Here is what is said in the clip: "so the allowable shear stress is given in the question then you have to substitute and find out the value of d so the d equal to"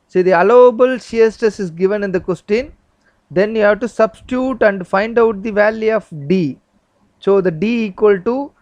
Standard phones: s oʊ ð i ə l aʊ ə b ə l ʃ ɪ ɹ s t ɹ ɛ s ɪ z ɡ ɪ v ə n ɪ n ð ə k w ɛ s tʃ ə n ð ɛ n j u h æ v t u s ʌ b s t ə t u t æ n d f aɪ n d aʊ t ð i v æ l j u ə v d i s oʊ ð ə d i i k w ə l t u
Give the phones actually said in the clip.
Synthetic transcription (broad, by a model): s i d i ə l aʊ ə b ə l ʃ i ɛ s t ɛ s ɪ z ɡ ɪ v ə n ɪ n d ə k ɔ s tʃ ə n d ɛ n j u h æ v t u s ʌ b s t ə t u t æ n d f aɪ n d aʊ t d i v æ l j u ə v d i s oʊ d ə d i i k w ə l t u